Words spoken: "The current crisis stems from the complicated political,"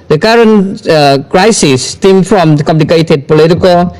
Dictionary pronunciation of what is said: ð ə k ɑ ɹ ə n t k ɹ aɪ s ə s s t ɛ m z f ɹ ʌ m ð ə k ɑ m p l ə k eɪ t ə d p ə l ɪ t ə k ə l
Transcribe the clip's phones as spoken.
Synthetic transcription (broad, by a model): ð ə k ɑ ɹ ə n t k ɹ aɪ s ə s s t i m f ɹ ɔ m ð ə k ɑ m p l ə k eɪ t ə d p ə l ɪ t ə k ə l